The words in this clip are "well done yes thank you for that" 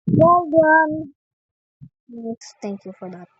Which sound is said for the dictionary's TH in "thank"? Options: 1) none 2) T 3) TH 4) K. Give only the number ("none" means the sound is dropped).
2